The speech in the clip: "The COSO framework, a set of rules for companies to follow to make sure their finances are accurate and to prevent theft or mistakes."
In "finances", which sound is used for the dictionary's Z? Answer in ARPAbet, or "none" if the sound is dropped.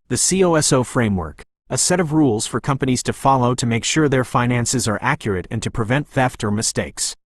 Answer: Z